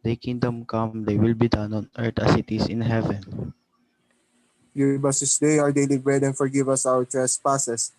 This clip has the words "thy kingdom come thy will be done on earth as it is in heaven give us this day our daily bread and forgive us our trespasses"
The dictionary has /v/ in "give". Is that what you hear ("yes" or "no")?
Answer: no